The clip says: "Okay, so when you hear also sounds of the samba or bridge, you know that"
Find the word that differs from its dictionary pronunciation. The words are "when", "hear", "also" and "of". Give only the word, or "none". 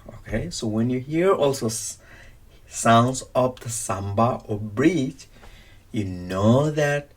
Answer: of